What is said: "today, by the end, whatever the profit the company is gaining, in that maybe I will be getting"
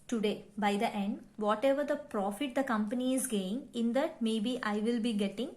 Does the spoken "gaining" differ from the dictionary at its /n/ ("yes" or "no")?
yes